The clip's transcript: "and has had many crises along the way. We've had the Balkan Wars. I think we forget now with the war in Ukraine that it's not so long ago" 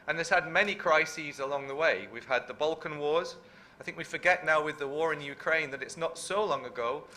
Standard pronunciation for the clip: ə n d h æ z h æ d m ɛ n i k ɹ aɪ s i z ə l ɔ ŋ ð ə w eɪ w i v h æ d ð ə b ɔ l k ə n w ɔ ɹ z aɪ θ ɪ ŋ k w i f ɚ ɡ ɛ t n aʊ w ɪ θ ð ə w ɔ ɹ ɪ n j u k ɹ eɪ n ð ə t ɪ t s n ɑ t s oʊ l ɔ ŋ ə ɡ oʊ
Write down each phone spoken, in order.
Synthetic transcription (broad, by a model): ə n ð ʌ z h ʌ d m ɛ n i k ɹ aɪ s i z ə l ɔ ŋ ð ə w eɪ w i v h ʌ d ð ə b ɔ l k ə n w ɔ ɹ z aɪ θ ɪ ŋ k w i f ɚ ɡ ɛ t n aʊ w ɪ ð ə w ɔ ɹ ɪ n j u k ɹ eɪ n ð ə t ɪ t s n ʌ t s oʊ l ɔ ŋ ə ɡ oʊ